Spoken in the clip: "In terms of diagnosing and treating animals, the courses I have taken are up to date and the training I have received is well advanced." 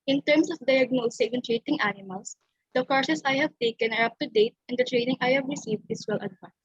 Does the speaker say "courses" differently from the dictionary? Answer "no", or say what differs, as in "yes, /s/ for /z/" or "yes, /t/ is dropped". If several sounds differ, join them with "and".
yes, /s/ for /z/